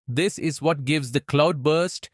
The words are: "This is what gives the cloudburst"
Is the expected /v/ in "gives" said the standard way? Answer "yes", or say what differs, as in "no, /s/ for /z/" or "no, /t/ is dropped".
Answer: yes